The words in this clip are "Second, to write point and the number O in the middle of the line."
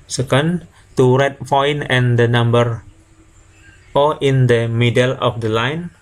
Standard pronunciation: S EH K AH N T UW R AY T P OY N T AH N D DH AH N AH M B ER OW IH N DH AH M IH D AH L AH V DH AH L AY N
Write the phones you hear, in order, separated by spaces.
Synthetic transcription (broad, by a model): S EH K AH N T UW R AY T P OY N AH N D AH N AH M B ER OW IH N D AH M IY D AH L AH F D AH L AY N